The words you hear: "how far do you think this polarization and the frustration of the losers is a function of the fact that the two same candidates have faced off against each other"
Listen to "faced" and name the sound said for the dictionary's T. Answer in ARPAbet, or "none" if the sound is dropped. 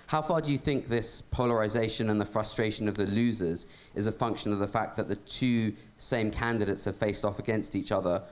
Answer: T